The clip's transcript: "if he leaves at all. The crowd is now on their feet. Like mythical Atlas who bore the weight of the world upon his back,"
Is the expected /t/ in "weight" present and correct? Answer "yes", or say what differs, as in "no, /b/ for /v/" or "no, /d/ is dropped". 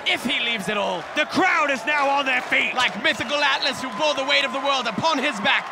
yes